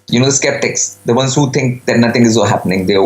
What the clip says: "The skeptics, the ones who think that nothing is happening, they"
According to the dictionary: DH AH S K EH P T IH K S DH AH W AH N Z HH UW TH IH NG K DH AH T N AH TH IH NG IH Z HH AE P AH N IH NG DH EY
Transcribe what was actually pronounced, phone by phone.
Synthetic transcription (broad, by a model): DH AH S K EH P T IH K S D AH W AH N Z HH UW T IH NG K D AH T N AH T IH NG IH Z HH AE P AH N IH NG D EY